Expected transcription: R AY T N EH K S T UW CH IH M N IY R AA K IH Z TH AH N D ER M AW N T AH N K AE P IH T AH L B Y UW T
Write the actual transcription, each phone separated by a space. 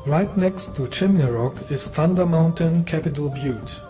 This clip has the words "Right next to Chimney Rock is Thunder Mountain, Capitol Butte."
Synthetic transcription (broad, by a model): R AY T N EH K S T UW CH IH M IY R AA K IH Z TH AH N D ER M AW N T AH N K AE P IH T AH L B Y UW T